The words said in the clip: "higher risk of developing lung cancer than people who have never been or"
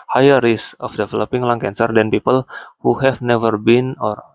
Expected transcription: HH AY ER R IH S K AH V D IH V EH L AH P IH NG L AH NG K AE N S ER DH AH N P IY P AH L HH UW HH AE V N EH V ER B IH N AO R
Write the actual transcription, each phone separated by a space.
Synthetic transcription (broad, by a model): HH AY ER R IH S AH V D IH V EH L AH P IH NG L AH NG K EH N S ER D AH N P IY P AH L HH UW HH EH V N EH V ER B IH N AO R